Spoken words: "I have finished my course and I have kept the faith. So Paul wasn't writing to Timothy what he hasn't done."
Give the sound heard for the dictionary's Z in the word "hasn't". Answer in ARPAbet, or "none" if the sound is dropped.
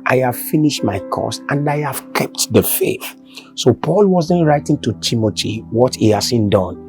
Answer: S